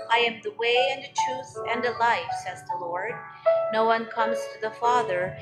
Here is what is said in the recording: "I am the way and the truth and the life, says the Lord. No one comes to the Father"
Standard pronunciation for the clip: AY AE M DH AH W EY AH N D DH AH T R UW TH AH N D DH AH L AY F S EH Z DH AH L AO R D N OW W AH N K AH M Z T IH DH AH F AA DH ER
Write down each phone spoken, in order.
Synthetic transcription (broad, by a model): AY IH M DH AH W EY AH N DH AH T R UW TH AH N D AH L AY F S EH Z DH AH L AO R D N OW W AH N K AH M Z T IH DH AH F AA DH ER